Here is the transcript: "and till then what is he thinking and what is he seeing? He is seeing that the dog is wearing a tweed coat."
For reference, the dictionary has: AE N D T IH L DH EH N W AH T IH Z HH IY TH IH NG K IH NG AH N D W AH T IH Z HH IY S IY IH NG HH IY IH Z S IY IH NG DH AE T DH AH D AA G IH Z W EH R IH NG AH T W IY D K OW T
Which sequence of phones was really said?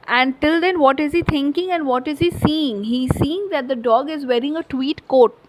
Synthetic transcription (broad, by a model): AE N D T IH L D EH N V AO T IH Z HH IY T IH NG K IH NG AH N D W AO T IH Z HH IY S IY IH NG HH IY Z S IY IH NG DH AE T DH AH D AA G IH Z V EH R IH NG AH T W IY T K OW T